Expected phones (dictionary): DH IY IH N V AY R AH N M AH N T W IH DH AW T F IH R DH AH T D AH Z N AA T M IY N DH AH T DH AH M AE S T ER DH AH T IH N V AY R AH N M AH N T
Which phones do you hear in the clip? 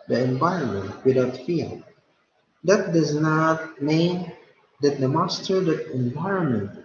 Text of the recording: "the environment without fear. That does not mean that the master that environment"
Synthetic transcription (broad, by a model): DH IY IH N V AY R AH N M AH N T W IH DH AW T F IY L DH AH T D AH Z N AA T M IY N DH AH T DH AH M AE S T ER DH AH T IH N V AY R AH N M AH N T